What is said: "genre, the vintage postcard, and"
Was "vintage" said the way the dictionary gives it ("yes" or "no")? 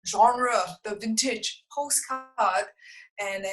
yes